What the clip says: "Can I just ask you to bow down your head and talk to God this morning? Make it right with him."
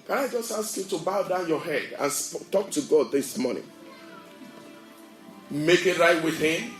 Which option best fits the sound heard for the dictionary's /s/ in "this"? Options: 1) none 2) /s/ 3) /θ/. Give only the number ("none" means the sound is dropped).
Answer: 2